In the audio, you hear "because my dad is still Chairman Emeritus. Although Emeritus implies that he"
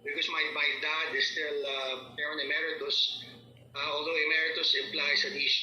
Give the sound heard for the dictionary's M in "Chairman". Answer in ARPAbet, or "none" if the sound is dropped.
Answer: none